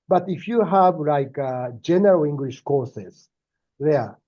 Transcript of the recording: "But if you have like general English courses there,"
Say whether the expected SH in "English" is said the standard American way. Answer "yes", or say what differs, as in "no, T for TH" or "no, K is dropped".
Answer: yes